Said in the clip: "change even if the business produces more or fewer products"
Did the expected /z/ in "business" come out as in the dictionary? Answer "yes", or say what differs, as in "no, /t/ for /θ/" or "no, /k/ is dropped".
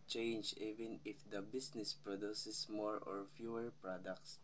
no, /s/ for /z/